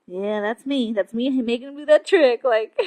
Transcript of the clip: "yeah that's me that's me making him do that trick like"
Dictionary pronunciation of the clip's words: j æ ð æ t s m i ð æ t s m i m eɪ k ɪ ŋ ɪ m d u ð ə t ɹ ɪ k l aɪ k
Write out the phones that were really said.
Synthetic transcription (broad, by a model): j æ ð æ t s m i ð æ t s m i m eɪ ɪ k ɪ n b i ð ə t ɹ ɪ k l aɪ k